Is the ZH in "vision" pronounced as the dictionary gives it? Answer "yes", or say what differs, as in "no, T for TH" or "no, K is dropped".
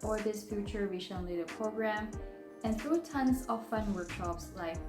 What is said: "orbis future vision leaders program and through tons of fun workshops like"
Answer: no, SH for ZH